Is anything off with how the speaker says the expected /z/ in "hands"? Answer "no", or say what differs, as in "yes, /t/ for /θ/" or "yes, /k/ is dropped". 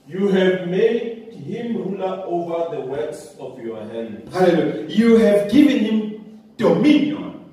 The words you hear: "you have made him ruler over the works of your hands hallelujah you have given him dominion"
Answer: yes, /z/ is dropped